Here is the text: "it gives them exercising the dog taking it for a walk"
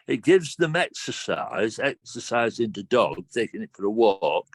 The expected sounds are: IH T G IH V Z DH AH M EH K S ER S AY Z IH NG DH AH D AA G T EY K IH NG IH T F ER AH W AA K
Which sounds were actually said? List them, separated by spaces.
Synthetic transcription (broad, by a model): IH T G IH V Z DH AH M EH K S ER S AY Z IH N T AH D AA G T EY K IH NG IH T F ER AH W AA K